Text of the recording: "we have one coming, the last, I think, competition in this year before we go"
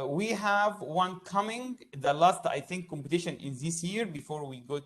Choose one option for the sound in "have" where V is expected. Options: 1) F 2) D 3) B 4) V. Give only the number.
4